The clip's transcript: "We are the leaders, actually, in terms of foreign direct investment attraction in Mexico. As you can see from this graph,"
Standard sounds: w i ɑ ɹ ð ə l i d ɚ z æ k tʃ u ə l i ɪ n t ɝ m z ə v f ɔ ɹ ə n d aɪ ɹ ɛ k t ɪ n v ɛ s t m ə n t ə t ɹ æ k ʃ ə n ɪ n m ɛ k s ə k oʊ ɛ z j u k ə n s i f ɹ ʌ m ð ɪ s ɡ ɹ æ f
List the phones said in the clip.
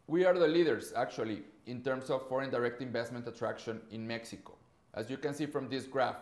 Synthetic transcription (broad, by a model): w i ɑ ɹ ð ə l i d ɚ s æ k tʃ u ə l i ɪ n t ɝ m s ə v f ɔ ɹ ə n d aɪ ɹ ɛ k t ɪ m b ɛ s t m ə n t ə t ɹ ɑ k ʃ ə n ɪ n m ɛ k s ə k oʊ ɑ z j u k ə n s i f ɹ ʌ m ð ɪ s ɡ ɹ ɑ f